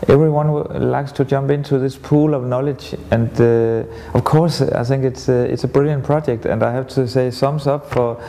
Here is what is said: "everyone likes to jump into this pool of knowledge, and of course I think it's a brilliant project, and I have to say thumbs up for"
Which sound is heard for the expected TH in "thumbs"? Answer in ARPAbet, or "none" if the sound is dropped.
S